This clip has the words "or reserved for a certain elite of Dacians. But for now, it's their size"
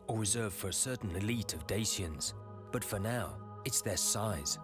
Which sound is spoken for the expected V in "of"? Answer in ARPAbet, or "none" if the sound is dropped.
V